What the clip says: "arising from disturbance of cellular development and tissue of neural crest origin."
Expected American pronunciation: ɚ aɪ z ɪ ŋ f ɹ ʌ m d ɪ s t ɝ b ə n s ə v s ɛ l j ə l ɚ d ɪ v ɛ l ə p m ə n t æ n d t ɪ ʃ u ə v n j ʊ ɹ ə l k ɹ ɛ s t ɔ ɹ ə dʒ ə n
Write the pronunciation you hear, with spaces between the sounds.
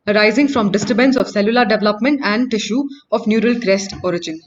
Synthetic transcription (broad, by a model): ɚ aɪ z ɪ ŋ f ɹ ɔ m d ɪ s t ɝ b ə n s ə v s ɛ l j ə l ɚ d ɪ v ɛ l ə p m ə n t æ n d t ɪ ʃ u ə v n j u ɹ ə l k ɹ ɛ s t ɔ ɹ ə dʒ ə n